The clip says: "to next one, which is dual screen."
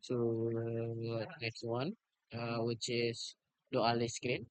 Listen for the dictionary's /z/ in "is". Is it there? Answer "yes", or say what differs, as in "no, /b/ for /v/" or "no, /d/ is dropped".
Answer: no, /s/ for /z/